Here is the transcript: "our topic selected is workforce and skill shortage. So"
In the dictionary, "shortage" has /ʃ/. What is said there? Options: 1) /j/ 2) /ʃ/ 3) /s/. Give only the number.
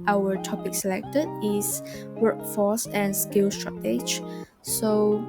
3